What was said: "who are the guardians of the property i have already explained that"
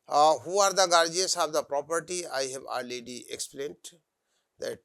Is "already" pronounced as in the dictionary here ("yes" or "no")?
no